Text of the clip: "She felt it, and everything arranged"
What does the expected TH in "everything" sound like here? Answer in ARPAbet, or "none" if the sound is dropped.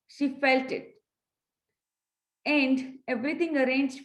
T